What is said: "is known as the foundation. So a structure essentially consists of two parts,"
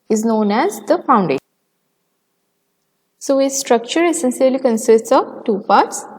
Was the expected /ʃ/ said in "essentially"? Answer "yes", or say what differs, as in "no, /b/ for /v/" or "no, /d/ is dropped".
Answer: no, /s/ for /ʃ/